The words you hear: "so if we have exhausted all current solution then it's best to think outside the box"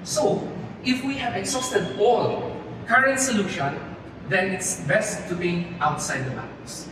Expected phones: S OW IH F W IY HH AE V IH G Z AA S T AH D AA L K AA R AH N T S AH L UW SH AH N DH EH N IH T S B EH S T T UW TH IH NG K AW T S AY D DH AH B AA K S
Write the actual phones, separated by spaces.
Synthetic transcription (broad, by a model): S OW IH F W IY HH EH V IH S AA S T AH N AA L K AA R AH N T S AH L UW SH AH N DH EH N IH T S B EH S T T UW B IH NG AW T S AY D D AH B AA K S